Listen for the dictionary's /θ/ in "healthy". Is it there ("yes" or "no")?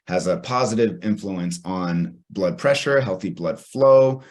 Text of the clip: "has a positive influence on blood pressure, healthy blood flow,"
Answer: yes